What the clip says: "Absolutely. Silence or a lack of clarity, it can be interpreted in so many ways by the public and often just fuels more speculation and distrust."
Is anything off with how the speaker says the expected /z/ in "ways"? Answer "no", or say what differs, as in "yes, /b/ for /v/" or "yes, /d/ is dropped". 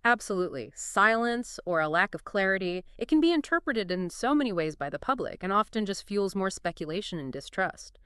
no